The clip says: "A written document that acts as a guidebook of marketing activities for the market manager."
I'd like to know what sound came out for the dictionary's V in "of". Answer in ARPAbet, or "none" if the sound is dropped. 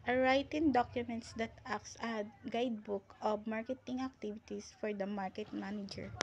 B